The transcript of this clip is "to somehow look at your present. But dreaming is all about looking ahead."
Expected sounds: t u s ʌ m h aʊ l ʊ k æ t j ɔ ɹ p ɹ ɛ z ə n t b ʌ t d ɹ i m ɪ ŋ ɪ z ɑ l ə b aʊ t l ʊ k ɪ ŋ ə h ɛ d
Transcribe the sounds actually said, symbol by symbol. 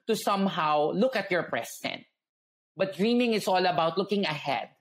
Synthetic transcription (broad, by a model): t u s ʌ m h aʊ l ʊ k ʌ t j ɔ ɹ p ɹ ɛ s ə n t b ʌ t d ɹ i m ɪ ŋ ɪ s ɑ l ə b aʊ t l ʊ k ɪ ŋ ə h ɛ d